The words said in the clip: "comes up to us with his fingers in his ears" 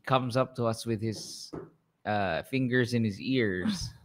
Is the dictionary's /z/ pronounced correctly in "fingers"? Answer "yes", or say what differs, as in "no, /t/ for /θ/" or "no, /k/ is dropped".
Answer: yes